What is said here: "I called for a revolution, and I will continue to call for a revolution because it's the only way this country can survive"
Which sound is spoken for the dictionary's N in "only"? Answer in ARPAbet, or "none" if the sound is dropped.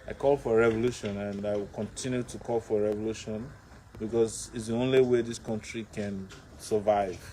N